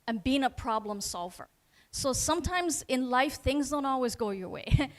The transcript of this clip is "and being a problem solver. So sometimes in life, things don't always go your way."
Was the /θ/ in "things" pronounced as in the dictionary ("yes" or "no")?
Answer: yes